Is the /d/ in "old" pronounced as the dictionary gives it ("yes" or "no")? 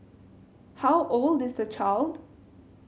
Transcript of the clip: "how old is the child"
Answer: yes